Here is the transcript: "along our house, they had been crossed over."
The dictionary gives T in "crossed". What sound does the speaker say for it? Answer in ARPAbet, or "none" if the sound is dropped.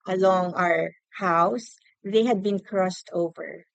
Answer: T